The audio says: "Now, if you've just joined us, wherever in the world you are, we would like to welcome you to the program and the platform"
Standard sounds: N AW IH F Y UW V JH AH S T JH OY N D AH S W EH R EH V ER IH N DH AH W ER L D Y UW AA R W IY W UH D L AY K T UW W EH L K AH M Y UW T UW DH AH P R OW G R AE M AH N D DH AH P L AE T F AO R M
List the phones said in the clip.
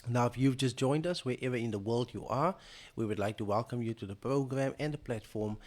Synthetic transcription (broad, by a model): N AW IH F Y UW V JH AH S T JH OY N D AH S W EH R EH V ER IH N DH AH W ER L D Y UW AA R W IY W UH D L AY K T UW W EH L K AH M Y UW T UW DH AH P R OW G R AE M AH N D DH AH P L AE T F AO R M